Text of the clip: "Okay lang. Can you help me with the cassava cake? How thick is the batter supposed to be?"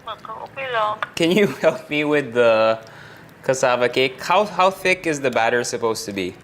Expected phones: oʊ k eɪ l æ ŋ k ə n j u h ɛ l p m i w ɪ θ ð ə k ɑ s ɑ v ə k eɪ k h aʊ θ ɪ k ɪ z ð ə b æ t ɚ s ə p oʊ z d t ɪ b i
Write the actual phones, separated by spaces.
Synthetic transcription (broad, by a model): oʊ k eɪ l k ə n j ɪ h ɛ l p m i w ɪ ð ə k ɑ s ɑ v ə k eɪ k h aʊ θ ɪ k ɪ z ð ə b æ t ɚ s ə p oʊ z t ɪ b i